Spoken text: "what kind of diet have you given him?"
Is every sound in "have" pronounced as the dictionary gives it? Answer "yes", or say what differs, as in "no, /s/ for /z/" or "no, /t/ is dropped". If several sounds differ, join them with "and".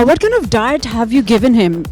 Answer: yes